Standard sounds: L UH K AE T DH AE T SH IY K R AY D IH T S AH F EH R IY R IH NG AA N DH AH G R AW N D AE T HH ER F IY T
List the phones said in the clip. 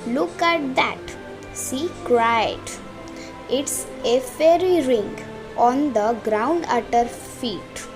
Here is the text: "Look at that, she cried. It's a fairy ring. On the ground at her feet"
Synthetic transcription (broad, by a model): L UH K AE T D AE T S IY K R AY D IH T S AH F EH R IY R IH NG AA N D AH G R AW N D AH T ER F IY T